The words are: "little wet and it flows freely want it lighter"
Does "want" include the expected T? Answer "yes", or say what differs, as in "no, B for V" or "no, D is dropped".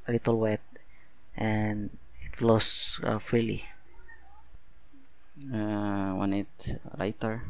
no, T is dropped